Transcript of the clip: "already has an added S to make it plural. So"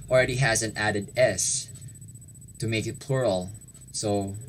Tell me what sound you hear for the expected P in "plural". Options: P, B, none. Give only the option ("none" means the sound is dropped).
P